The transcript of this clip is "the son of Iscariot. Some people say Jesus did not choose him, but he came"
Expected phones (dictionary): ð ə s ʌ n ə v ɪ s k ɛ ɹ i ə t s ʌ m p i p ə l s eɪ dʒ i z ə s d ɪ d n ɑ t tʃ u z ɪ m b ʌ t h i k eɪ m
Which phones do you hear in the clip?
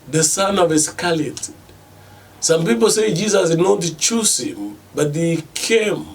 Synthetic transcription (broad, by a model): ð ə s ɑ n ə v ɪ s k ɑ l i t s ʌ m p i p ə l s eɪ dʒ i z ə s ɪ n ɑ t tʃ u s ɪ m b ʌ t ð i k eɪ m